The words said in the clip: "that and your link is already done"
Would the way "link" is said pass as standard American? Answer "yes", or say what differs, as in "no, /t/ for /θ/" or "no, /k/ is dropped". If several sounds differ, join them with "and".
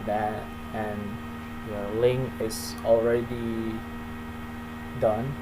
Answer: no, /k/ is dropped